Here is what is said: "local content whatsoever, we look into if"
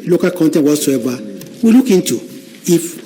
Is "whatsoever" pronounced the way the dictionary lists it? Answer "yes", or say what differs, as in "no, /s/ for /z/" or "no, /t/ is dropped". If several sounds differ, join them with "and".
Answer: no, /b/ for /v/